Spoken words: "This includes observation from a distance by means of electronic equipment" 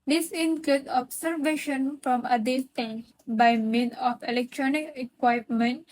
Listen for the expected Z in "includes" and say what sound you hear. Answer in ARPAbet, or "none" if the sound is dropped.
none